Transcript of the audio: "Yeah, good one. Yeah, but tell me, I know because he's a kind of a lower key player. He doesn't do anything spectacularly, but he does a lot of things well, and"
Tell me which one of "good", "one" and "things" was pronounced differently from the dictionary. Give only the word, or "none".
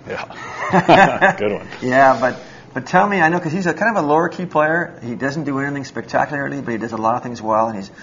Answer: none